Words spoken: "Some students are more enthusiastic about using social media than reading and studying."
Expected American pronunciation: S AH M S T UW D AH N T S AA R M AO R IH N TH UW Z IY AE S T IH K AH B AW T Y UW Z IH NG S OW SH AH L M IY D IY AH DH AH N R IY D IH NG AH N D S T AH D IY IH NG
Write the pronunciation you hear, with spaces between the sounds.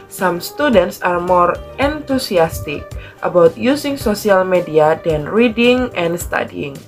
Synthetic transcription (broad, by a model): S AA M S T UW D AH N T S AA R M AO R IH N T UW S IY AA S T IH K AH B AW T Y UW S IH NG S OW S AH L M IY D IY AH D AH N R IY D IH NG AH N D S T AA D IY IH NG